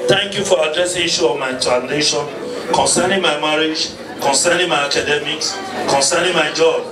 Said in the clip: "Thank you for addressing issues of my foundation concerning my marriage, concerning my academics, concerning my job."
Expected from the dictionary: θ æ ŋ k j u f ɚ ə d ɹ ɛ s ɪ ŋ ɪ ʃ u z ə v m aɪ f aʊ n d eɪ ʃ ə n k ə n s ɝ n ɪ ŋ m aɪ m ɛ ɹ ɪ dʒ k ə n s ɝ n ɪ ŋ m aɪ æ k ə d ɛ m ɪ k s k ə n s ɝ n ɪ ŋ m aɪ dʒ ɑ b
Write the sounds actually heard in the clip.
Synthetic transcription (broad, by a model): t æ ŋ k j u f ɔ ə d ɹ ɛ s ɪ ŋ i ʃ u ə v m aɪ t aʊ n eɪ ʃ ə n k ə n s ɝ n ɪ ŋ m aɪ m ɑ ɹ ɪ dʒ k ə n s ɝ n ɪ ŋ m aɪ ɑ k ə d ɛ m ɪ k s k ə n s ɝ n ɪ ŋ m aɪ dʒ ɑ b